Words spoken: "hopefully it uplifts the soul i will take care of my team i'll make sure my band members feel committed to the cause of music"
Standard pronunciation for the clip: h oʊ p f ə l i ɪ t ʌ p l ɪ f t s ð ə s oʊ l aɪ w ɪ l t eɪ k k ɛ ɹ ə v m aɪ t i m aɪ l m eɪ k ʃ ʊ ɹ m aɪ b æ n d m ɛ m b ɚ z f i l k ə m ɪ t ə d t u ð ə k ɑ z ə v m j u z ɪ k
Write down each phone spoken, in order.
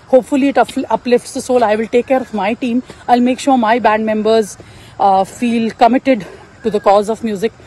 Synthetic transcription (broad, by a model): h oʊ p f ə l i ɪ t ʌ p l ɪ f t s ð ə s oʊ l aɪ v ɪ l t eɪ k k ɛ ɹ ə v m aɪ t i m aɪ l m eɪ k ʃ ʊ ɹ m aɪ b æ n d m ɛ m b ɚ z f i l k ə m ɪ t ə d t u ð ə k ɑ z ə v m j u z ɪ k